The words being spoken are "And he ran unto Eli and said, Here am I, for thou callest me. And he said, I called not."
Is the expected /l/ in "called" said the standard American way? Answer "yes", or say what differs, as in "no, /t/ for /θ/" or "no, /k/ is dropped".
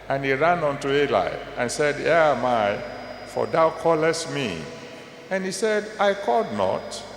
no, /l/ is dropped